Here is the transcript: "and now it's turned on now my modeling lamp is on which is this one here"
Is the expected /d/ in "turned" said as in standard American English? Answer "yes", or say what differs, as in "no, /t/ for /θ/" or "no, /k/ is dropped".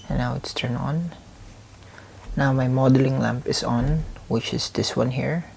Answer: no, /d/ is dropped